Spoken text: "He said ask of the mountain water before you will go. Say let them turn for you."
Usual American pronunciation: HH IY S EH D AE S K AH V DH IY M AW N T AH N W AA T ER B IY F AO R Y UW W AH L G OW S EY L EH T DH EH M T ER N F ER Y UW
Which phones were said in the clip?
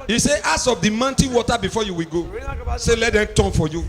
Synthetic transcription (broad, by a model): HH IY S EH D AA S AH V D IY M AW N T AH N W AA T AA B IY F AO Y UW W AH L G OW S EY L EH T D EH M T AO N F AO Y UW